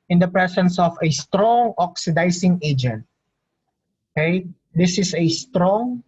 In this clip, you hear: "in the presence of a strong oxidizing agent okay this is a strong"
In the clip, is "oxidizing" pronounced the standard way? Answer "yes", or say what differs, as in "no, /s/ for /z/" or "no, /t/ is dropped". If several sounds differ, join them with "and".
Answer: no, /s/ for /z/